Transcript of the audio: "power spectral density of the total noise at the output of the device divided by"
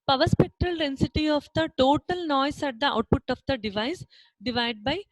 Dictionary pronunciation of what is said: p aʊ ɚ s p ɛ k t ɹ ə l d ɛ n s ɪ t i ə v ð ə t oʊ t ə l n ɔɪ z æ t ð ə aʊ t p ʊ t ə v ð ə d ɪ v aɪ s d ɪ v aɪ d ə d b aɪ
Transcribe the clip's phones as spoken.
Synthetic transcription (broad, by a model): p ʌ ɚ s p ɛ k t ɹ ə l d ɛ n s ɪ t i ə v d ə t oʊ t ə l n ɔɪ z æ t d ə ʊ t p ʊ t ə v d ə d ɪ v aɪ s d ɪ v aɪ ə d b aɪ